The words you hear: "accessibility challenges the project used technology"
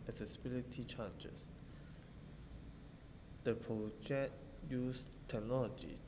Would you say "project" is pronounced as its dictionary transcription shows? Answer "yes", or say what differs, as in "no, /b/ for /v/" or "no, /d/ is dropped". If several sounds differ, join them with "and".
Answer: no, /k/ is dropped